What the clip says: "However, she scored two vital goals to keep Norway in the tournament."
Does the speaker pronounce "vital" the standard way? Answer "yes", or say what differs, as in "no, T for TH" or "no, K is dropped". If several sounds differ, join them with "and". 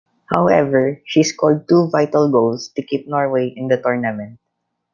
yes